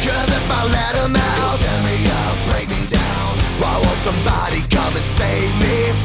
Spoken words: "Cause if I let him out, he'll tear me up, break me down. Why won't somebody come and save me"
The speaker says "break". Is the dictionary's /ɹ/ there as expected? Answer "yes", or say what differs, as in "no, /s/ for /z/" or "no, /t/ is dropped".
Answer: yes